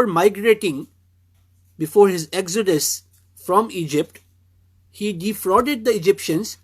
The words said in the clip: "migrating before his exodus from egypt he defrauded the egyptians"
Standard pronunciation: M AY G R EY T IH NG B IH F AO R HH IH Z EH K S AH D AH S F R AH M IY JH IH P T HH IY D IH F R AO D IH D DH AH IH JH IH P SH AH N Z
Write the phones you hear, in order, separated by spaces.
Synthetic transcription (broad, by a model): M AY G R EY T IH NG B IH F AO R HH IH Z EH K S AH D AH S F R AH M IY JH IH P T HH IY D IH F R AO D IH D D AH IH JH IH P SH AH N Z